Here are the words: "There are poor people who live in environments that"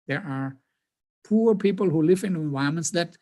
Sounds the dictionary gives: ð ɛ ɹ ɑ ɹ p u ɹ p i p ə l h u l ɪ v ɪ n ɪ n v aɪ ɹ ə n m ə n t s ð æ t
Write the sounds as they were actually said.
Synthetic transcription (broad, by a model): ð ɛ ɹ ɑ ɹ p u ɹ p i p ə l h u l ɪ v ɪ n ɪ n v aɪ ə m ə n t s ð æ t